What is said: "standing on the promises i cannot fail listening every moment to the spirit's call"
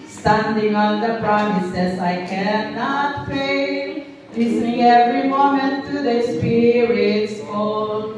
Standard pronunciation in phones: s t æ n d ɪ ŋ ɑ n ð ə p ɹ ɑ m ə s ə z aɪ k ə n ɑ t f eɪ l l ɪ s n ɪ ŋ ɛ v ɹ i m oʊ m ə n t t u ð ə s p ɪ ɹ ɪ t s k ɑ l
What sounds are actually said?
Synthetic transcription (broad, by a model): s t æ n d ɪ ŋ ɑ n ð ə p ɹ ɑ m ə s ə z aɪ k ə n ɑ t p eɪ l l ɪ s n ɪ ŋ ɛ v ɹ i m oʊ m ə n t t u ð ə s p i ɹ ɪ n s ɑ